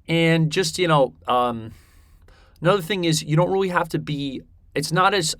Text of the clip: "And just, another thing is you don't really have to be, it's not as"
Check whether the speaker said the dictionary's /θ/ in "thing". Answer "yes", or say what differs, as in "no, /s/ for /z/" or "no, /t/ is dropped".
yes